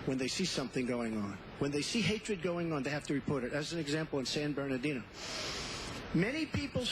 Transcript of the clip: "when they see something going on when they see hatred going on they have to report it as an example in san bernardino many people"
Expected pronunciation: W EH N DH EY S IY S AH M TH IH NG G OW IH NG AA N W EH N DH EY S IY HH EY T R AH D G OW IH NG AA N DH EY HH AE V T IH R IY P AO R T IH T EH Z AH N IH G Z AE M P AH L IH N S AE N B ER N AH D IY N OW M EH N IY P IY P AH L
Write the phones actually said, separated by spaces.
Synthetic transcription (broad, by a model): W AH N DH EY S IY S AH M TH IH NG G OW IH NG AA N W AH N DH EY S IY HH EY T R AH D G OW IH NG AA N DH EY HH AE F T IH R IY P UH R T IH T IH Z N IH G Z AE M P L IH N S AE N B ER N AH D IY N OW M EH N IY P IY P L